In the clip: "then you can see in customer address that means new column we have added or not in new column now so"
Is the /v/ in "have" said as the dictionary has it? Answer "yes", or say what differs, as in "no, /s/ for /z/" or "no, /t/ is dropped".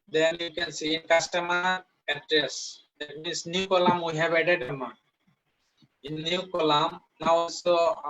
no, /b/ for /v/